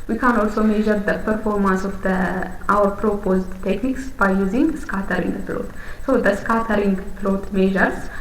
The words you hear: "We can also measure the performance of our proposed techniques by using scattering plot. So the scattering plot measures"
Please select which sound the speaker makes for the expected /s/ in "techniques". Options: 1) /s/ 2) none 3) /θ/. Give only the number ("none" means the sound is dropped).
1